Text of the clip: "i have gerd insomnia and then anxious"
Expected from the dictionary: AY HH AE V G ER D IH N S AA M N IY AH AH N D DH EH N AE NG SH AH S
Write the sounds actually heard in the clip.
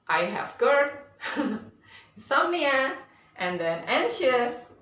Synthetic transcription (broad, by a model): AY HH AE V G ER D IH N S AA N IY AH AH N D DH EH N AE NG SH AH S